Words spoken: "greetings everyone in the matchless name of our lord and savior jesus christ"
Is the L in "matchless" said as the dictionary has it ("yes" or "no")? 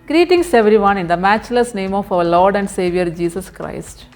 yes